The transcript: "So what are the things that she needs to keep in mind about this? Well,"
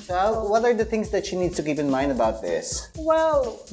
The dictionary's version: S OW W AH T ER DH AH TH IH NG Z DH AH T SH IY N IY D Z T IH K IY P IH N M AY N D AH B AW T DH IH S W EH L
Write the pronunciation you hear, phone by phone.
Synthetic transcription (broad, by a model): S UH W AH T ER DH AH TH IH NG Z DH AH T SH IY N IY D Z T IH K IY P IH N M AY N D AH B AW T DH IH S W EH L